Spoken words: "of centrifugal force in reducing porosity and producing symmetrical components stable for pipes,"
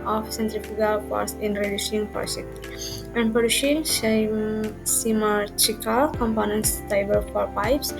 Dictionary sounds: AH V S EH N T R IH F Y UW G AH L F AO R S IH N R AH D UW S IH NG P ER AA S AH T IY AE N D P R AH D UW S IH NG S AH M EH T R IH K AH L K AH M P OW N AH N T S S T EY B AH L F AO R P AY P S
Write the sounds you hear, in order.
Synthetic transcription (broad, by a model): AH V S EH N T R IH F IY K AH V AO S IH N R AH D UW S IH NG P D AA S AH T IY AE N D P AH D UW SH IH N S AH M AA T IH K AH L K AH M P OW N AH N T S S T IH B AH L F AO R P AY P S